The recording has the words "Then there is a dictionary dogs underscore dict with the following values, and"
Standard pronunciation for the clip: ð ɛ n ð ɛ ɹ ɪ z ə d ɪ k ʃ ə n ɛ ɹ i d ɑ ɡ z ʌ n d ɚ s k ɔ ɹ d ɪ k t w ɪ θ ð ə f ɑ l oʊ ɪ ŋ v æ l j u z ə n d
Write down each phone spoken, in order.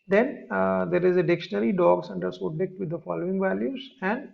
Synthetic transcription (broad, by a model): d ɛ n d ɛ ɹ ɪ z ə d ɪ k ʃ ə n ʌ ɹ i d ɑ ɡ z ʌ n d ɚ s ɔ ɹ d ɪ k t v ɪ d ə f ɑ l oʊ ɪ ŋ v æ l j u z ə n d